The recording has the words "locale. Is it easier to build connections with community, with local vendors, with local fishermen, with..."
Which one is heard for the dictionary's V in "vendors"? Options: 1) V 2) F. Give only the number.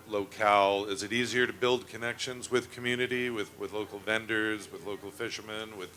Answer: 1